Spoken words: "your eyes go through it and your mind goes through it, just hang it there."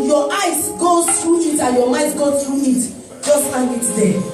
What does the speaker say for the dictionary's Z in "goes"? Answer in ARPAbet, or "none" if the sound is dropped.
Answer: none